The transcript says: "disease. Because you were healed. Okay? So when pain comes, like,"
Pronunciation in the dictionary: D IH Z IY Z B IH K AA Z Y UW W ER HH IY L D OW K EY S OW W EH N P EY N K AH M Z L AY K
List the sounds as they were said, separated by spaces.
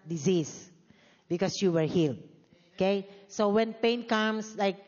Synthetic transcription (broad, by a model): D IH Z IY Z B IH K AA S Y UW W ER HH IY L D OW K EY S OW W EH N P EY N K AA M S L AY K